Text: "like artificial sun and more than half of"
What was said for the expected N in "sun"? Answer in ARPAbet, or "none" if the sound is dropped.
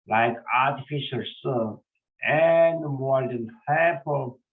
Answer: none